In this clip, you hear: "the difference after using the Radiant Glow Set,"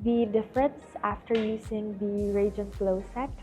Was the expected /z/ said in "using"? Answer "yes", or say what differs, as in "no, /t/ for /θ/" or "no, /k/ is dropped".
no, /s/ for /z/